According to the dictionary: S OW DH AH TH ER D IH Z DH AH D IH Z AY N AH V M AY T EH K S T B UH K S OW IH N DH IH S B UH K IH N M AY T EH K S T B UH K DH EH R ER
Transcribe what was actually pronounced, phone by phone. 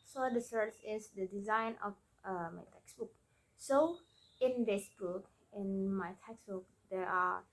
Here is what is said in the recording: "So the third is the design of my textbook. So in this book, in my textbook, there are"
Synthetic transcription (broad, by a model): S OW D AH S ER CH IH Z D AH D IH Z AY N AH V M AY T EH K S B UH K S OW IH N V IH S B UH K IH N M AY T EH K S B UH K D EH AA